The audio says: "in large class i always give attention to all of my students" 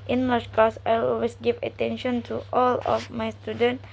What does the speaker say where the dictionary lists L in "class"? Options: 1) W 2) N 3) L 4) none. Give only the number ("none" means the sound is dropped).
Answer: 4